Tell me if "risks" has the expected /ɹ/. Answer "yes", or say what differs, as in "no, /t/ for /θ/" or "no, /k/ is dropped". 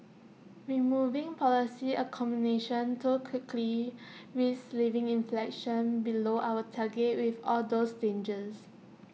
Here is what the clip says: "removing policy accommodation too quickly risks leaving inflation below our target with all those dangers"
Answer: no, /w/ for /ɹ/